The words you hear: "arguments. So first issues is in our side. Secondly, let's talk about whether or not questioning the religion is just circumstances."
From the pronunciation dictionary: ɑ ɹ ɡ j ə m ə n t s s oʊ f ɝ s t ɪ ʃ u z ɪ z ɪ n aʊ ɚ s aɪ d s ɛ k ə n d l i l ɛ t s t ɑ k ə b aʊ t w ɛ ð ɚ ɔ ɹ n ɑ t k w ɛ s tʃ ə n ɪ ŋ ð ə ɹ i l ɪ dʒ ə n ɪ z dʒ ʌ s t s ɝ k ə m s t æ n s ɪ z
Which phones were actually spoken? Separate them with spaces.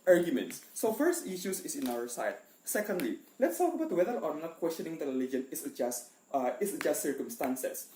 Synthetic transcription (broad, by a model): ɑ ɹ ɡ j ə m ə n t s s oʊ f ɝ s t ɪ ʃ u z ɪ s ɪ n aʊ ɚ s aɪ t s ɛ k ə n d l i l ɛ t s t ɑ k ə b aʊ t w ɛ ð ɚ ɔ ɹ n ɑ t k w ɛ s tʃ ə n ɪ ŋ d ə ɹ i l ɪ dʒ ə n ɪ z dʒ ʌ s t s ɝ k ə m s t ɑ n s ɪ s